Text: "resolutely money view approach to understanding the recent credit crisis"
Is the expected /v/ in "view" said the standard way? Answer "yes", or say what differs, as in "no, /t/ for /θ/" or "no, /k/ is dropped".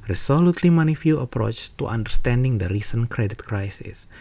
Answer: no, /f/ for /v/